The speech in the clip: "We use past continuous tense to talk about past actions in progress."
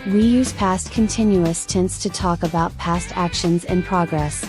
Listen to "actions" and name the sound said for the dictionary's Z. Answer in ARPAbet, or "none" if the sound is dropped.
Z